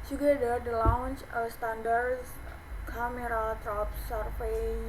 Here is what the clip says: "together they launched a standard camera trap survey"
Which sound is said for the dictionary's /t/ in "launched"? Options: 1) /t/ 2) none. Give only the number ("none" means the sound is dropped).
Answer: 2